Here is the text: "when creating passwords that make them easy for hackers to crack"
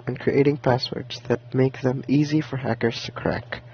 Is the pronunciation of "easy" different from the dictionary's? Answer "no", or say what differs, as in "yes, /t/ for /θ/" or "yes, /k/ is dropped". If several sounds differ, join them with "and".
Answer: no